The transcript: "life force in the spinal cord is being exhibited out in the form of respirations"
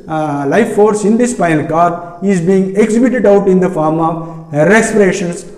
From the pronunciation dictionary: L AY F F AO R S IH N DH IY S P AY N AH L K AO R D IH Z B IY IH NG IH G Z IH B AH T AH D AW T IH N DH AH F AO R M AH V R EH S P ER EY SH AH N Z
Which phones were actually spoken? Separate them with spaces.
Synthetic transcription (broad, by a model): L AY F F AO R S IH N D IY S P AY AH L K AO R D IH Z B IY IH NG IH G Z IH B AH T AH D AW T IH N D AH F AO R M AH V R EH S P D EY SH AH N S